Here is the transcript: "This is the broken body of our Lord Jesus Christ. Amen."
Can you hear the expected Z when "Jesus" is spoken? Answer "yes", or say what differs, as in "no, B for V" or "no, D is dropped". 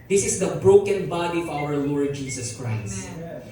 no, S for Z